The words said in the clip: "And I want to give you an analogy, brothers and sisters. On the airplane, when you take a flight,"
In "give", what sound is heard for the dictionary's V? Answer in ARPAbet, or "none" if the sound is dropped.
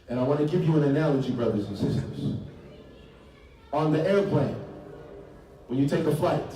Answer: P